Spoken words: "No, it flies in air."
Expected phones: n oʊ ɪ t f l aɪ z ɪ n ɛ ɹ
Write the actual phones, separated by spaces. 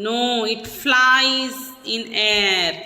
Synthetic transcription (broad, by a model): n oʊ ɪ t f l aɪ z ɪ n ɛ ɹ